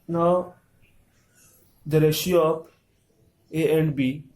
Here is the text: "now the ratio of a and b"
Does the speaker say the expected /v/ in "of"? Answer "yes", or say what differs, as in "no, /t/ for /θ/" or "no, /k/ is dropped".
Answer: no, /p/ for /v/